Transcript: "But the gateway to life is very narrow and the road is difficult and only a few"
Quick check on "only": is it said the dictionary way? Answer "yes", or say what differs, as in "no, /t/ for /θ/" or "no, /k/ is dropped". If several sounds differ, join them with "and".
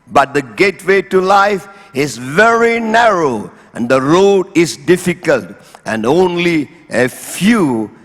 yes